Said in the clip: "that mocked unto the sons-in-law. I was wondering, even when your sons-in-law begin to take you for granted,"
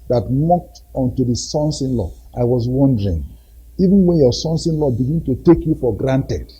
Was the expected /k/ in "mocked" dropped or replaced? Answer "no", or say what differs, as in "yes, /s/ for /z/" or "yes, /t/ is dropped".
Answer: no